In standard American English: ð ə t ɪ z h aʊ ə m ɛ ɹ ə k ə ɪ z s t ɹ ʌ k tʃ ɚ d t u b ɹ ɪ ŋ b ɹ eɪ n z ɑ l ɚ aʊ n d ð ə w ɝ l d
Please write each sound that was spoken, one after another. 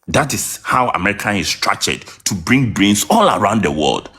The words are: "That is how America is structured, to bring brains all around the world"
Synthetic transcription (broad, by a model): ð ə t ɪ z h aʊ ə m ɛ ɹ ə k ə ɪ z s t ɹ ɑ tʃ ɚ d t u b ɹ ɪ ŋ b ɹ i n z ɑ l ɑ aʊ n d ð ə w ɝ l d